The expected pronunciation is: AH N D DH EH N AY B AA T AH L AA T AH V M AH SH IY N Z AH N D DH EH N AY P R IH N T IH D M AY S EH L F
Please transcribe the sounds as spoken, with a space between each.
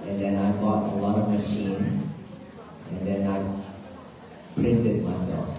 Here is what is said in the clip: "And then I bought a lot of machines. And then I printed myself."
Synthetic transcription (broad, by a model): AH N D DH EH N AY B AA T AH L AA T AH V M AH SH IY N AH N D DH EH N AY P R IH N T IH D M AY S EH L F